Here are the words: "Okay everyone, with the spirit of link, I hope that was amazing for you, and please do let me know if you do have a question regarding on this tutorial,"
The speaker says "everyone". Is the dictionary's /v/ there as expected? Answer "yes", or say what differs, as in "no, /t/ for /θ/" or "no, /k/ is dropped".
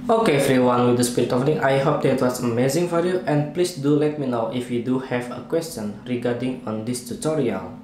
no, /f/ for /v/